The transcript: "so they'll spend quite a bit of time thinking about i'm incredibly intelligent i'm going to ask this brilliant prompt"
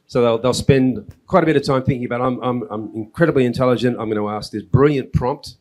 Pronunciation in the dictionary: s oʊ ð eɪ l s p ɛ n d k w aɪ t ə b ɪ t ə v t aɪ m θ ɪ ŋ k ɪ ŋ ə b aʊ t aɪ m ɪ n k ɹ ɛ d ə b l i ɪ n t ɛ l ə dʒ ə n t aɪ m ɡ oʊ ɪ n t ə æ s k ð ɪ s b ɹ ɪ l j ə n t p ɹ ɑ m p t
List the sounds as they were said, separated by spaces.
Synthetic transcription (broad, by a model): s oʊ ð eɪ l s p ɛ n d k w aɪ t ə b ɪ t ə v t aɪ m θ ɪ ŋ k ɪ ŋ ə b aʊ t aɪ m ɪ n k ɹ ɛ d ə b l i ɪ n t ɛ l ə dʒ ə n t aɪ m ɡ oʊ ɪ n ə æ s k ð ɪ s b ɹ ɪ l j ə n p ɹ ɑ m p t